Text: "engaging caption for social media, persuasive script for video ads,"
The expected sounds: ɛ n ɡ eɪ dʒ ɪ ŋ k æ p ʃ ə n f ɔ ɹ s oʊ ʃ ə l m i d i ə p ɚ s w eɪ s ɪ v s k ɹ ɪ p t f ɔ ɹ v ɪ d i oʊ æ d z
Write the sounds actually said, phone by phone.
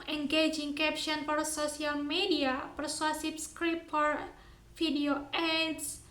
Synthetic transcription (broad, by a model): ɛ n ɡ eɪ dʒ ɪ ŋ k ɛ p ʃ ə n f ɔ ɹ s oʊ s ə l m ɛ d i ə p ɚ s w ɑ s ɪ p s k ɹ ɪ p f ɔ ɹ f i d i oʊ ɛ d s